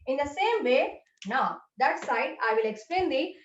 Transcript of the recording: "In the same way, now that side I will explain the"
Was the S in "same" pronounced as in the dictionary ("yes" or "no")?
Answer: yes